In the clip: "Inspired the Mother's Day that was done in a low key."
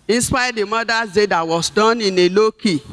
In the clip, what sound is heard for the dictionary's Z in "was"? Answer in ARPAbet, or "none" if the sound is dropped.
S